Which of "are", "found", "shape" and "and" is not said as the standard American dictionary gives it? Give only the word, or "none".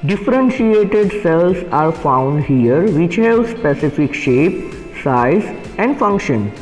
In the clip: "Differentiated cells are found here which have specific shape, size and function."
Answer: none